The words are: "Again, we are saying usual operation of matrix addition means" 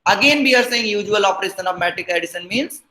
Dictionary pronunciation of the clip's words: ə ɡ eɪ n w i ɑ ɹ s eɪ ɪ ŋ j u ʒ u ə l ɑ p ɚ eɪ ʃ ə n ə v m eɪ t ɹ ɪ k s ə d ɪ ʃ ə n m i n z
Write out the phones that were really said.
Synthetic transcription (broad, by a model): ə ɡ eɪ n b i ɑ ɹ s eɪ ɪ ŋ j u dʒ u ə l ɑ p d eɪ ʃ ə n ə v m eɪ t ɪ k ə d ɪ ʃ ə n m i n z